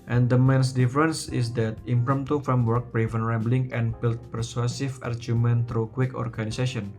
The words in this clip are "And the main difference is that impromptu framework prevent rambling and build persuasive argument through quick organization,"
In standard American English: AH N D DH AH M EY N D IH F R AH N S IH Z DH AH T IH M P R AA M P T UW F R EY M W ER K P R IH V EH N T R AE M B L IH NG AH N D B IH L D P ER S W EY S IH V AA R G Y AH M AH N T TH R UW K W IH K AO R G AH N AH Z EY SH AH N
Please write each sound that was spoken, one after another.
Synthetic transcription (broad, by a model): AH N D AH M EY N D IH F R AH N S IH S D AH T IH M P R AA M T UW F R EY M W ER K B R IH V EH N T R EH M B L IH NG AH N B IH L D P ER S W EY S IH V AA R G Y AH M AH N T R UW K W IH K AO R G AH N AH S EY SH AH N